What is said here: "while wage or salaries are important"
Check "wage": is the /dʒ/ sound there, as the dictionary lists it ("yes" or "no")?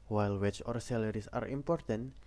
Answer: no